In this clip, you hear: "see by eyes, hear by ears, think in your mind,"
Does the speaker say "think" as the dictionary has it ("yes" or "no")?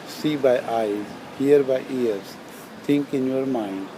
no